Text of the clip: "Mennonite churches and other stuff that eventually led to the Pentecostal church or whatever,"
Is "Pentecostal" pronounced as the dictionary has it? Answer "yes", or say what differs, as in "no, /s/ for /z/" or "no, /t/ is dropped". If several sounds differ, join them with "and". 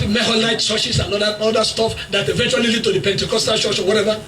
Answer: yes